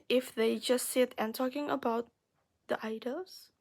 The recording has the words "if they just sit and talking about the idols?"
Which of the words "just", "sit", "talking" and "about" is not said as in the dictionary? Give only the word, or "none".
none